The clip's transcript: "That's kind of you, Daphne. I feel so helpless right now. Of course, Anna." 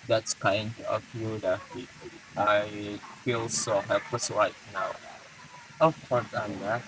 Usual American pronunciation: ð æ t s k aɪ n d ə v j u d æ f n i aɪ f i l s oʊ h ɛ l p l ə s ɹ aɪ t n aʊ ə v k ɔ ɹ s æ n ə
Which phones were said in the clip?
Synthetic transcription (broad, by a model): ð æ t s k aɪ n d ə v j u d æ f i aɪ f i l s oʊ h ɛ l p l ə s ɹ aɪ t n aʊ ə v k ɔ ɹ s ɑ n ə